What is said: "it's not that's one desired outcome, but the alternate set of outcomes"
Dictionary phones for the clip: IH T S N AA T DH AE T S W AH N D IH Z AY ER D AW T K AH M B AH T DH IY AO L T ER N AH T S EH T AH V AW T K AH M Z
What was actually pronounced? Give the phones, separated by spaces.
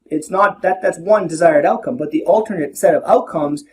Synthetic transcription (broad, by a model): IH T S N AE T DH AE T S W AH N D IH Z AY ER D AW T K AH M B AH T DH IY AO L T ER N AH T S EH T AH V AW T K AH M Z